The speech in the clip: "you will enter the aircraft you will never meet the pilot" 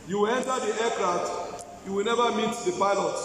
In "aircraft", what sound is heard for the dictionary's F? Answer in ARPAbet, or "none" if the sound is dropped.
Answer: none